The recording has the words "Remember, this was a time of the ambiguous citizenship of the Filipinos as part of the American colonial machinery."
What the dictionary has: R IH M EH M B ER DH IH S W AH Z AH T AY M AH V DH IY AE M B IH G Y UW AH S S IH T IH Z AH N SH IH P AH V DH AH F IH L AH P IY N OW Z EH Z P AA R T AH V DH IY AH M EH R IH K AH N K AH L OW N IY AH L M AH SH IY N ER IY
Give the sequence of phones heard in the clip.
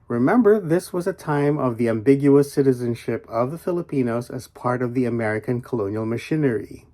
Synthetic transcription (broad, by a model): R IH M EH M B ER DH IH S W AH Z AH T AY M AH V DH IY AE M B IH G Y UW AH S S IH T IH Z AH N SH IH P AH V DH AH F IH L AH P IY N OW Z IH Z P AA R T AH V DH IY AH M EH R IH K AH N K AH L OW N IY L M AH SH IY N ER IY